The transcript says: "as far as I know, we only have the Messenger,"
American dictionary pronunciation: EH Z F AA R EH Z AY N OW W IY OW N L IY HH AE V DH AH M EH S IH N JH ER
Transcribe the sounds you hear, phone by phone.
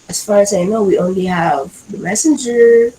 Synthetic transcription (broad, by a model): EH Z F AA R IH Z AY N OW W IY OW N L IY HH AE V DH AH M EH S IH N JH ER